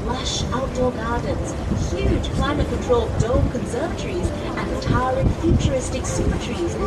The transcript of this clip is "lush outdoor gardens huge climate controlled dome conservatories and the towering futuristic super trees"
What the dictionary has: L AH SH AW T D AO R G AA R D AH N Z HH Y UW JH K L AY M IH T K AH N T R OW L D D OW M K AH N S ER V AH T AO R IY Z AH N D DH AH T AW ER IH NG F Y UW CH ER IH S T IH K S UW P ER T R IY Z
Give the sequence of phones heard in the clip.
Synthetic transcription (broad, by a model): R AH SH AW T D AO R G AA R D N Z HH Y UW JH K L AY M IH T K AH N T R OW L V D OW K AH N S ER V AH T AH R IY Z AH N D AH T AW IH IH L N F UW CH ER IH S T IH K S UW ER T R IY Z